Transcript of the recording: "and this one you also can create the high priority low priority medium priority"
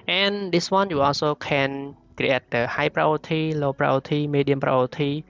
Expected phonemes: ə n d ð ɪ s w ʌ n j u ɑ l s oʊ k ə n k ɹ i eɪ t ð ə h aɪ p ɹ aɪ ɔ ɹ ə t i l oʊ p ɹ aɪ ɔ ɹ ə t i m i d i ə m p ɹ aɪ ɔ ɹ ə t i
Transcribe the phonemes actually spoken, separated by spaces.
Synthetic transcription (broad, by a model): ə n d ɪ s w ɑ n j u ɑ s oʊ k ə n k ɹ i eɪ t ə h aɪ p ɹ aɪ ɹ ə t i l oʊ p ɹ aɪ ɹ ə t i m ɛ d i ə m p ɹ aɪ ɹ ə t i